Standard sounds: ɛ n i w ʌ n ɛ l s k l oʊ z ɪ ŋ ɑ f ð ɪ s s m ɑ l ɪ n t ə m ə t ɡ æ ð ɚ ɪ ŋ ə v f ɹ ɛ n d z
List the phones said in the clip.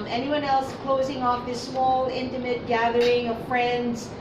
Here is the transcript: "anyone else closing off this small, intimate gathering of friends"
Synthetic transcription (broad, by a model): ɛ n i w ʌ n ɛ l s k l oʊ z ɪ ŋ ɑ f ð ɪ s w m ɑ l ɪ n t ə m ə t ɡ æ ð ɚ ɪ ŋ ə v f ɹ ɛ n d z